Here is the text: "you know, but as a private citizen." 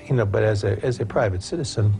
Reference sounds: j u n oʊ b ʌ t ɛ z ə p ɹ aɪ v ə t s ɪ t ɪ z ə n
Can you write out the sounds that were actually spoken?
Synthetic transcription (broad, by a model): j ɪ n oʊ b ʌ t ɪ z ə p ɹ aɪ v ə t s ɪ t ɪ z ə n